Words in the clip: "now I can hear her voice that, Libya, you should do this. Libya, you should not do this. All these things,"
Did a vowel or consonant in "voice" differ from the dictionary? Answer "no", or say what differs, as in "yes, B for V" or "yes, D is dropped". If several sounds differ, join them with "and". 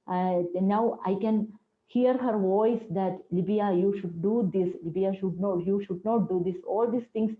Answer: no